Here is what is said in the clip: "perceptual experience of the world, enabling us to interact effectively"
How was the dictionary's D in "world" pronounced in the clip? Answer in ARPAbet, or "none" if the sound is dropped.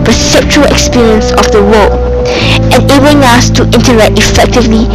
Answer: none